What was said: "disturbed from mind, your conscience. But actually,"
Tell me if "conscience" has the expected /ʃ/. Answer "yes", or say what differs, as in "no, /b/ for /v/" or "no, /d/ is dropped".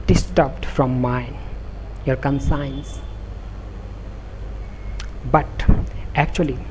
no, /s/ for /ʃ/